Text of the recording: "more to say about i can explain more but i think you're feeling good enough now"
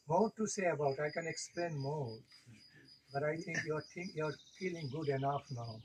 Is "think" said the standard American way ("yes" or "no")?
no